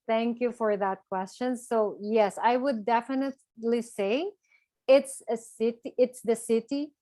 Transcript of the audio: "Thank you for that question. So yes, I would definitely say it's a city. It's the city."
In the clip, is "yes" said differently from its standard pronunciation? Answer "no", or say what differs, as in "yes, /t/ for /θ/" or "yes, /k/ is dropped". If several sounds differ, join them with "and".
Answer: no